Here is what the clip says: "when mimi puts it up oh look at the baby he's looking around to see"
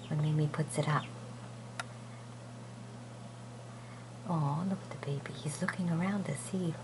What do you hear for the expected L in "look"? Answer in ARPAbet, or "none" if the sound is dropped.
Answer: L